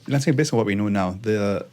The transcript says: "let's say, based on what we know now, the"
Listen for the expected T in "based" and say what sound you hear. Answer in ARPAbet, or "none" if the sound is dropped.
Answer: none